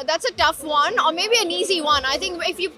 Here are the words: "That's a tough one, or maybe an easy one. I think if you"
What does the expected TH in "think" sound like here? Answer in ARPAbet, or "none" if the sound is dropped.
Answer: T